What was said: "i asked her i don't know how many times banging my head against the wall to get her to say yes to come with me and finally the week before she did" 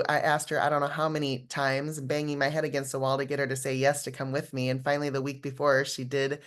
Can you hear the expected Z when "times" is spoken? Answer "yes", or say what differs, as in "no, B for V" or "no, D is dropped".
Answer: yes